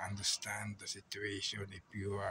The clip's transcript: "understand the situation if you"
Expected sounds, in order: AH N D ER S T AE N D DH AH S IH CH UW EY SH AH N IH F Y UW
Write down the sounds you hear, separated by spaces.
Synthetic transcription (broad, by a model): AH N D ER S T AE N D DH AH S IH CH UW EY SH AH N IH P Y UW